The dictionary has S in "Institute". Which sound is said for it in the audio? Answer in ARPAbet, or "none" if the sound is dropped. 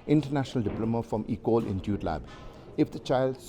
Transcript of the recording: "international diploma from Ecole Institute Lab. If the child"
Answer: none